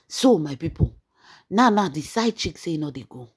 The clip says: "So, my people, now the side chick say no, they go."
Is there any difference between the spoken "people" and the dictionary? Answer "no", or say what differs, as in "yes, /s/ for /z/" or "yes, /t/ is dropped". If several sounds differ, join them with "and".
yes, /n/ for /l/